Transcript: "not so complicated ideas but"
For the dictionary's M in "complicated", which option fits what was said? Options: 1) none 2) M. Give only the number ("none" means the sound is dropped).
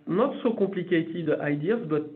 1